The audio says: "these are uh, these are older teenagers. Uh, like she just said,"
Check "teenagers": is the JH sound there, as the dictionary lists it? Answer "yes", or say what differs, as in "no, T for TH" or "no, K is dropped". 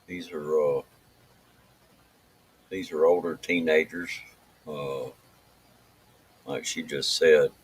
yes